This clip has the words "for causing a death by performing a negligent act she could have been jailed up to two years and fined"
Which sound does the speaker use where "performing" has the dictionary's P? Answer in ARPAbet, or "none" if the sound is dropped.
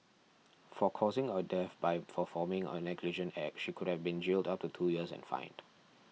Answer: F